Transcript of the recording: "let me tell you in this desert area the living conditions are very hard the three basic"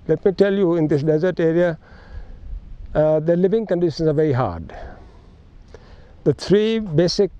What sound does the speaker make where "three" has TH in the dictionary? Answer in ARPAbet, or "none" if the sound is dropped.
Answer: T